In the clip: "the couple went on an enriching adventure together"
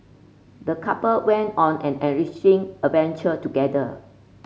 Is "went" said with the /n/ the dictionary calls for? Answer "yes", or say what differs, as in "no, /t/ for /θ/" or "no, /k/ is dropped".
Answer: yes